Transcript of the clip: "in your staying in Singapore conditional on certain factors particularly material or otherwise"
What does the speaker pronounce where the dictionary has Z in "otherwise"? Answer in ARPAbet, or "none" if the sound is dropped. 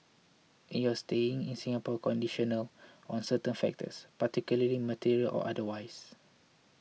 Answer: S